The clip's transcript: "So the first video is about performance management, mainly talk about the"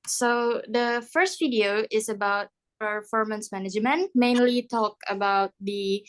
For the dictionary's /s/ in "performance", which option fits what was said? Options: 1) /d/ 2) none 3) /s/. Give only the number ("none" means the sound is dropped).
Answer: 3